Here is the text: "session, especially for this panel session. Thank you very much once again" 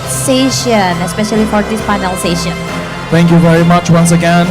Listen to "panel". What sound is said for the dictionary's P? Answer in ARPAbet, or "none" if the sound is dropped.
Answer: F